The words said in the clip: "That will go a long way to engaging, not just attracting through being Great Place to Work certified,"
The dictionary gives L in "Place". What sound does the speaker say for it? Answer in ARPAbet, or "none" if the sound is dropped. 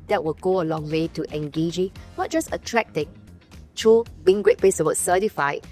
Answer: none